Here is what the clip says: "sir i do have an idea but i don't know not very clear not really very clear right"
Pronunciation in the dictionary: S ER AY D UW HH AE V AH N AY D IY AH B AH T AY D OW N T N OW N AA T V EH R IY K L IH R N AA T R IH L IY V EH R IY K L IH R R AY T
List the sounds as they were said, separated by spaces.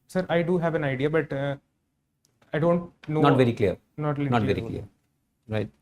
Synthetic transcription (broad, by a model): S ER AY D UW HH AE V AH N AY D IY AH B AH T AY D OW N T N OW N AA T V EH R IY K L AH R N AA T L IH N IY V EH R IY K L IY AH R AY T